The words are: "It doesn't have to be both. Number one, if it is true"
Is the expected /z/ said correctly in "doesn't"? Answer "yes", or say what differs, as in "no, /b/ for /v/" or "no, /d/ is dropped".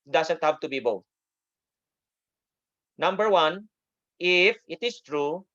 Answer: no, /s/ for /z/